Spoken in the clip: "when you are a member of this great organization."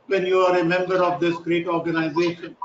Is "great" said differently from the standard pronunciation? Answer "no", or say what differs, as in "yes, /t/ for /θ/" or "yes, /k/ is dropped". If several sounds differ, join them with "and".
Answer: no